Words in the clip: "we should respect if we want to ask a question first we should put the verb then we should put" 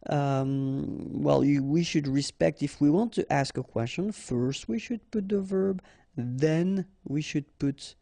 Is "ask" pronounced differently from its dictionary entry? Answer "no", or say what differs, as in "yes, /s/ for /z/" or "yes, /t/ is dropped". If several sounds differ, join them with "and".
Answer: no